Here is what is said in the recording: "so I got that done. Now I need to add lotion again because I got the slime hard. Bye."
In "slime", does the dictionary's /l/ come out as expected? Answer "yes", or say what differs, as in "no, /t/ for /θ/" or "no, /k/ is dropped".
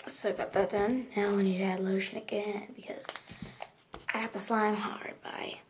yes